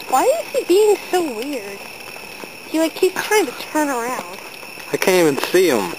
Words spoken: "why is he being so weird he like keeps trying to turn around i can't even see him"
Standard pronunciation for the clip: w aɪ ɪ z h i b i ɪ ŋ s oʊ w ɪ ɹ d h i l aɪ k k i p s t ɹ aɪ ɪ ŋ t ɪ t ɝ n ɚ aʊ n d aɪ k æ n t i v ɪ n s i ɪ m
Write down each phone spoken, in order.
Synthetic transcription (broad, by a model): w aɪ ɪ z h i b i ɪ ŋ s oʊ w ɪ ɹ d h i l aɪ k k i p t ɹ aɪ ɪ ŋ t ɪ t ɝ n ɚ aʊ n d aɪ k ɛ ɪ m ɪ n s i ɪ m